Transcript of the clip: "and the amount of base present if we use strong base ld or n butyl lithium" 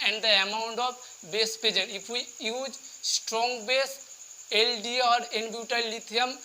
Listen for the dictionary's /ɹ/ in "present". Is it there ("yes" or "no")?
no